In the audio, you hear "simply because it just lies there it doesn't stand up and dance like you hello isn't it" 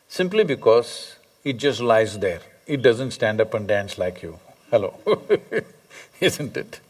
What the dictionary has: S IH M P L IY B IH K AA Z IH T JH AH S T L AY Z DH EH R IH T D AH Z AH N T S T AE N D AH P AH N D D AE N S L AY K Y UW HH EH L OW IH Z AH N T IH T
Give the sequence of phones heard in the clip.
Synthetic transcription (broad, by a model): S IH M P L IY B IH K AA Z IH T JH AH S T L AY Z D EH R IH T D AH Z AH N T S T AE N D AH P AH N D D AE N S L AY K Y UW HH EH L OW IH Z AH N T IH T